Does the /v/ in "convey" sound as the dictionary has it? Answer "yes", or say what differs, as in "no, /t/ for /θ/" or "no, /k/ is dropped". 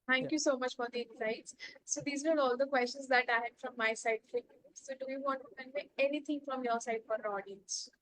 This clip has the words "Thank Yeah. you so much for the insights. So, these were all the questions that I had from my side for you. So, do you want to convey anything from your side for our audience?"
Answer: no, /v/ is dropped